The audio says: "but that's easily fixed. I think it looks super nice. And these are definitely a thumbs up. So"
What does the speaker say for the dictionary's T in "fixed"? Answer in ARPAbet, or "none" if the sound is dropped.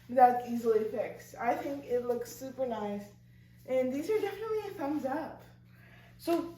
none